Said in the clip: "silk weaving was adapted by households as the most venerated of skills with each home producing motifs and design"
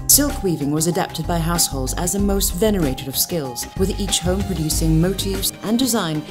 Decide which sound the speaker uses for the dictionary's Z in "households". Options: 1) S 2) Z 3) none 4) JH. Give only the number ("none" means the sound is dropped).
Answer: 2